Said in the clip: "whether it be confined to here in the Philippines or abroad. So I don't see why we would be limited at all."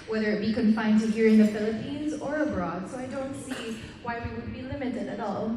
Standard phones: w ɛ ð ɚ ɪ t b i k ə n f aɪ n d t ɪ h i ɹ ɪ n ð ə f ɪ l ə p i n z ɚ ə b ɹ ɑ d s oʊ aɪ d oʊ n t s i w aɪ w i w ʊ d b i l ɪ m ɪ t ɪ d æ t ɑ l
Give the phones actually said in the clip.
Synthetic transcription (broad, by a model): w ɛ ð ɚ ɪ t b i k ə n f aɪ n t ɪ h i ɹ ɪ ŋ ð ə f ɪ l ə p i n z ɚ ə b ɹ ɑ d s oʊ aɪ d oʊ n t s i w aɪ w i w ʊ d b i l ɪ m ɪ t ɪ d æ t ɑ l